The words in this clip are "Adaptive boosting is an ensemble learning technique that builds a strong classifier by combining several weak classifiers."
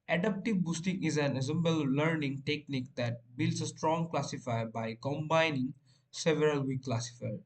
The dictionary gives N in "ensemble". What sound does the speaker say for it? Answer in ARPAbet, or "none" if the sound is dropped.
none